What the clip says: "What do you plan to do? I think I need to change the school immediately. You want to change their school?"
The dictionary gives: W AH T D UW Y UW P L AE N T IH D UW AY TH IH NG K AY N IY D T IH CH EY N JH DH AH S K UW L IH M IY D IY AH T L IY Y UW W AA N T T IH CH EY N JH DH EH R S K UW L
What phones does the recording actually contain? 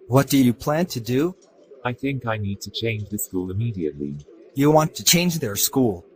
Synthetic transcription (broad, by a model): W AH T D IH Y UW P L AE N T IH D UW AY TH IH NG K AY N IY D T IH CH EY N JH DH AH S K UW L IH M IY D IY AH T L IY Y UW W AA N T T IH CH EY N JH DH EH R S K UW L